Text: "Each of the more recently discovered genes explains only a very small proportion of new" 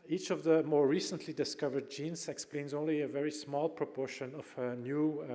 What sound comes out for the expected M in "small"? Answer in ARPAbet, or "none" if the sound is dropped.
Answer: M